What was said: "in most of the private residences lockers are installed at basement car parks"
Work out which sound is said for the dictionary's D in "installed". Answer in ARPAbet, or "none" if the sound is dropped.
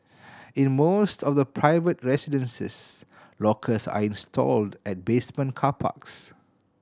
D